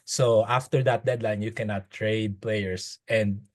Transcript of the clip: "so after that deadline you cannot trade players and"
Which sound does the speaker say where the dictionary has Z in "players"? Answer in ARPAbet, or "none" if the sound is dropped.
S